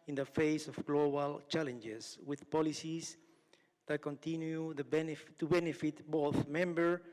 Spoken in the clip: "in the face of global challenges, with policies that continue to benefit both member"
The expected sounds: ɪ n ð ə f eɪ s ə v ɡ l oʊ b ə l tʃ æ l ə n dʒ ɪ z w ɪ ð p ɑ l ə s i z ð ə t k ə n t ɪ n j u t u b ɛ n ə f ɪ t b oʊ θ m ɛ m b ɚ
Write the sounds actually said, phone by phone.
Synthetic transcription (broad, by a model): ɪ n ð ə f eɪ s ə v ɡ l oʊ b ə l tʃ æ l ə n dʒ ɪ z w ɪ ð p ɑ l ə s i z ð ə t k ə n t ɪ n j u t u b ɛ n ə f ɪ t b oʊ θ m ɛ m b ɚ